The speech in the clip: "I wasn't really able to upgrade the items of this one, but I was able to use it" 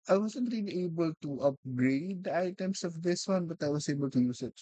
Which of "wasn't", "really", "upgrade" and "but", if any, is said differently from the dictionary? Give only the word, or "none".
wasn't